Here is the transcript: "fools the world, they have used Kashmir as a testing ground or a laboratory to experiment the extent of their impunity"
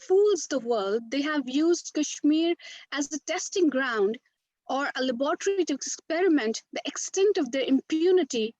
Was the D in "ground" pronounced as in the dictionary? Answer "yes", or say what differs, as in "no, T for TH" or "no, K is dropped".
yes